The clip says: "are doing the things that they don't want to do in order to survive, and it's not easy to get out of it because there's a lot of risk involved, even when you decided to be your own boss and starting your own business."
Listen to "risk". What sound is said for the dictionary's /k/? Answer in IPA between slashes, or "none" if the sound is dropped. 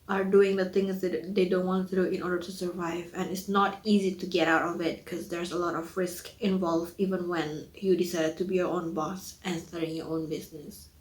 /k/